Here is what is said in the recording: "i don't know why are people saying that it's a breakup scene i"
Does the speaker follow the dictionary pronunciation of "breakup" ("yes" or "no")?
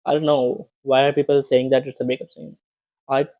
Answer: no